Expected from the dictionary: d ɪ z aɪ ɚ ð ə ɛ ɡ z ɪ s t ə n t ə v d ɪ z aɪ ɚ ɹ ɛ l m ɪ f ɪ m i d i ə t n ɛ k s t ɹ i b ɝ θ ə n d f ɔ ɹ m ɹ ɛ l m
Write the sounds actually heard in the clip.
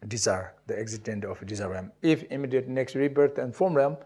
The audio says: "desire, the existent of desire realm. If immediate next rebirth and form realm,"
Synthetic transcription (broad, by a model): d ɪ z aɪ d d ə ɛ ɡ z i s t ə n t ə f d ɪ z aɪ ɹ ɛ m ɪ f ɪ m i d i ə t n ɛ k s t ɹ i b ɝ t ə n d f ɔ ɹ m ɹ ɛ m